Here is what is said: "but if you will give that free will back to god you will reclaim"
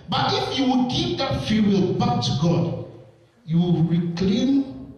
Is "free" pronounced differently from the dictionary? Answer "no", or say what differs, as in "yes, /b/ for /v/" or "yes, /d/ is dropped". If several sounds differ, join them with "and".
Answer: yes, /ɹ/ is dropped